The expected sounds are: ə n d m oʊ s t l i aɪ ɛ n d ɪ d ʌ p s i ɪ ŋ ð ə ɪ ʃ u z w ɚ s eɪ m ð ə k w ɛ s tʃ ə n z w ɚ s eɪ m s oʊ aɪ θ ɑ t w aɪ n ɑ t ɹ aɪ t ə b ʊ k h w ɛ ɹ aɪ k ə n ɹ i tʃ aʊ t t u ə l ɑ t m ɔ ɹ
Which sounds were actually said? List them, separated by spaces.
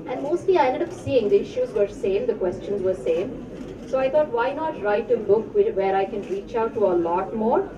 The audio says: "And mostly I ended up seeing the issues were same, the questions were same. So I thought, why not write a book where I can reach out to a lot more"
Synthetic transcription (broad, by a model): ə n d m oʊ s t l i aɪ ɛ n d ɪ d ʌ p s i ɪ ŋ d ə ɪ ʃ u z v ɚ s eɪ m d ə k w ɛ s tʃ ə n z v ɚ s eɪ m s oʊ aɪ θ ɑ t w aɪ n ɑ t ɹ aɪ t ə b ʊ k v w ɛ ɹ aɪ k ə n ɹ i tʃ aʊ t t u ə l ɑ t m ɔ ɹ